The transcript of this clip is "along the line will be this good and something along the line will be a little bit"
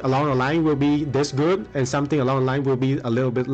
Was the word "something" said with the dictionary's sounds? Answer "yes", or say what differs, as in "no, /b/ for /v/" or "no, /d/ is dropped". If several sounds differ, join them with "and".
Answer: no, /t/ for /θ/